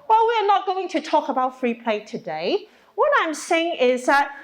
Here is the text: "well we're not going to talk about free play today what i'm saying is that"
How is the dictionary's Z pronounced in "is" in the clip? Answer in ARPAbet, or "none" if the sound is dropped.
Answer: Z